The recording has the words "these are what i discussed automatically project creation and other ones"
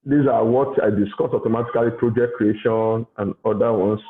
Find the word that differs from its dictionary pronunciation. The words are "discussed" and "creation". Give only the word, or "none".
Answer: discussed